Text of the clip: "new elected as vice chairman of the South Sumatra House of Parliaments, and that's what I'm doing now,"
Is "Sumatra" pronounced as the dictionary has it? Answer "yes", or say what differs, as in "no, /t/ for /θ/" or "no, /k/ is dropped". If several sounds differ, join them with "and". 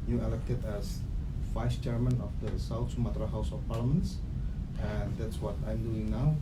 yes